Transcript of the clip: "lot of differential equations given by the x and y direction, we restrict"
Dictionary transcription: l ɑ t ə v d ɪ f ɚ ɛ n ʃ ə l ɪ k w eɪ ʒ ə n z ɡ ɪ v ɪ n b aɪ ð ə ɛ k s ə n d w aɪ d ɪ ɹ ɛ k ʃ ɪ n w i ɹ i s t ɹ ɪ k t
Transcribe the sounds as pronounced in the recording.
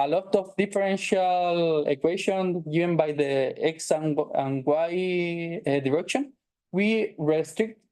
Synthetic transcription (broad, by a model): l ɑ t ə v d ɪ f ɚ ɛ n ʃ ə l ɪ k w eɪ ʃ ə n ɡ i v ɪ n b aɪ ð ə ɛ k s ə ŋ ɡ w aɪ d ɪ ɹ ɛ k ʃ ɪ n w i ɹ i s t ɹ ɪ k t